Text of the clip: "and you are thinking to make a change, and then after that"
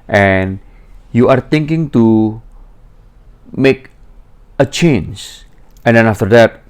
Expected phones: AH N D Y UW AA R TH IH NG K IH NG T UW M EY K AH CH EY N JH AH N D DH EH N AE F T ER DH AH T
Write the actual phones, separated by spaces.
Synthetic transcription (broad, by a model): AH N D Y UW AA R T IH NG K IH NG T UW M EY K AH CH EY N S AH N D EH N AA F T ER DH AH T